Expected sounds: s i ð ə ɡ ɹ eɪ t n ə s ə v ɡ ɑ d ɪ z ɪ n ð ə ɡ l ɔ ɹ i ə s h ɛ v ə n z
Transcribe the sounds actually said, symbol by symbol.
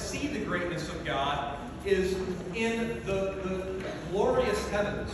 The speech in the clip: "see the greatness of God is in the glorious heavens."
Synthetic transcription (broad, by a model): s i ð ə ɡ ɹ eɪ t n ə s ə v ɡ ɑ d ɪ z ɪ n ð ə ɡ l ɔ ɹ i ə s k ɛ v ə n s